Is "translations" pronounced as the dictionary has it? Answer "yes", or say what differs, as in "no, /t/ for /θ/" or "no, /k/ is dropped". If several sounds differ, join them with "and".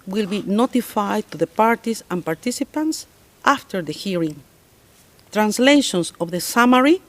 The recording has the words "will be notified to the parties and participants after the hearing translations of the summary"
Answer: no, /s/ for /z/